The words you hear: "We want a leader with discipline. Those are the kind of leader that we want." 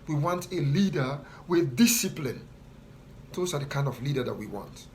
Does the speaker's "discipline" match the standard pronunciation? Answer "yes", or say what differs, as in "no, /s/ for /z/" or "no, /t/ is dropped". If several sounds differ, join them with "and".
yes